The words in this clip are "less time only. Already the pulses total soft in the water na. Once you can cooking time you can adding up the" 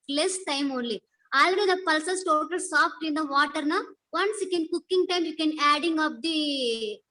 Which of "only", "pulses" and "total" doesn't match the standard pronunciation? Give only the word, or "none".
pulses